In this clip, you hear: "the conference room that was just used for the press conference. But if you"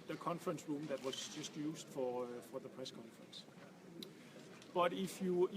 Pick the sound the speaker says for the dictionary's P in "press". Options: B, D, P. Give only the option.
P